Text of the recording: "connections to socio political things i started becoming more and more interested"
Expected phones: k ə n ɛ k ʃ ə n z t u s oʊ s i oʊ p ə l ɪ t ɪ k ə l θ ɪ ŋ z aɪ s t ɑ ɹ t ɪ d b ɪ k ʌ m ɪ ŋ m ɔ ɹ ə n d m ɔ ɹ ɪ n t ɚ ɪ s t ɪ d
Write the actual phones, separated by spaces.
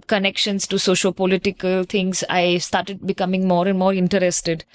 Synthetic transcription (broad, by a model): k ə n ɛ k ʃ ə n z t u s oʊ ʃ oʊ p ə l ɪ t ɪ k ə l t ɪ ŋ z aɪ s t ɑ ɹ t ɪ d b ɪ k ʌ m ɪ ŋ m ɔ ɹ ə n d m ɔ ɹ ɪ n t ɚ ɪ s t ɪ d